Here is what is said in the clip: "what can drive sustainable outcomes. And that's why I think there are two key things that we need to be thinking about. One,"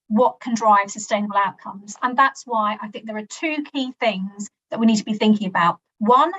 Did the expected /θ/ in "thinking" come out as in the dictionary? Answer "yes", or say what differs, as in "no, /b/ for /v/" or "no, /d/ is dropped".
yes